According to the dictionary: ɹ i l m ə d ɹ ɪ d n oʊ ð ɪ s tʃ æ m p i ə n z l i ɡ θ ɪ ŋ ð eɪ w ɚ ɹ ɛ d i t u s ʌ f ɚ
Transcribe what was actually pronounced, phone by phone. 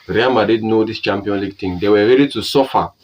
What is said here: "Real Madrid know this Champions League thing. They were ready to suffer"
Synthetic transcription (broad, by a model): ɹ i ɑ m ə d i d n oʊ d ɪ s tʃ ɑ m p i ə n l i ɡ t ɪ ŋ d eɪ w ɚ ɹ ɛ d i t u s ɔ f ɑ